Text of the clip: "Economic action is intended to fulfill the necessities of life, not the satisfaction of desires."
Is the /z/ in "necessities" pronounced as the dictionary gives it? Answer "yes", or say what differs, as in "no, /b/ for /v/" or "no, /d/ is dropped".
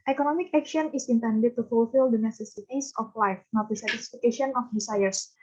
no, /s/ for /z/